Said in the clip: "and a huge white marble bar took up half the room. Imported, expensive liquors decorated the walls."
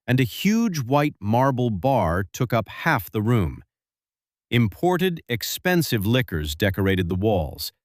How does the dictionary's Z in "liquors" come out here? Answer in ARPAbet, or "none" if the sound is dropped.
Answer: Z